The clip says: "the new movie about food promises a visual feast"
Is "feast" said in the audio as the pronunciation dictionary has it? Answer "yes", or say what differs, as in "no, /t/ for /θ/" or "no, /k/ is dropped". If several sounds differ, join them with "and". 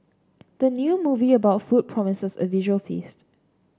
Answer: yes